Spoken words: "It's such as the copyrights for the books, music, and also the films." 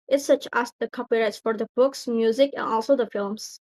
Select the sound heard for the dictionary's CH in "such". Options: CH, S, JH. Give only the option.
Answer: CH